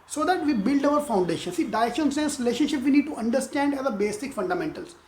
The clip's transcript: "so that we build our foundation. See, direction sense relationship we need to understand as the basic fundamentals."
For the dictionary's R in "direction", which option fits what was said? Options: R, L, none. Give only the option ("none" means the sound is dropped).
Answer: none